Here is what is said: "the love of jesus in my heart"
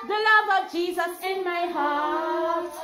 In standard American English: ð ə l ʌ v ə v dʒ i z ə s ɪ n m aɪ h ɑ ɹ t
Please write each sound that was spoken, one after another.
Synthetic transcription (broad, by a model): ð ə l ʌ v ə v dʒ i z ə s ɪ n m aɪ h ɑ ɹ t